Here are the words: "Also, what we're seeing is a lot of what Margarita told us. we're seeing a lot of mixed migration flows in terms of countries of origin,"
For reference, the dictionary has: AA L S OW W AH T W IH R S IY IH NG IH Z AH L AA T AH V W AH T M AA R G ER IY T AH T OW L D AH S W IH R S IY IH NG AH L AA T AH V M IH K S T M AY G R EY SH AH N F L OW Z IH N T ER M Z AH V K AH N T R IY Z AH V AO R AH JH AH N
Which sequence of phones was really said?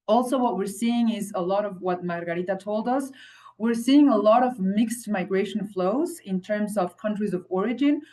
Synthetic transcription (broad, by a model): AA L S OW W AH T W IH R S IY IH NG IH Z AH L AA T AH V W AH T M AA R G ER IY T AH T OW L D AH S W IH R S IY IH NG AH L AA T AH V M IH K S T M AY G R EY SH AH N F L OW Z IH N T ER M Z AH V K AH N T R IY Z AH V AO R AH JH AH N